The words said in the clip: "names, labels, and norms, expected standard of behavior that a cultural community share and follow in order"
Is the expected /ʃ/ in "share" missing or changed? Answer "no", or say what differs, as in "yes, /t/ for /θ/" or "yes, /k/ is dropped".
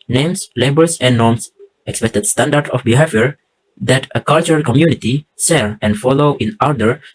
yes, /s/ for /ʃ/